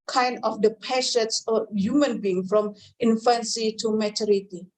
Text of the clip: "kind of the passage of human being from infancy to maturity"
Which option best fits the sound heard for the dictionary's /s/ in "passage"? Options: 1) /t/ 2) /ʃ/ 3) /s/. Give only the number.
2